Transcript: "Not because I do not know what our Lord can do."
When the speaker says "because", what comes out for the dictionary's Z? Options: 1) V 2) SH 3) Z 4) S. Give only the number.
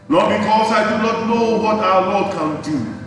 4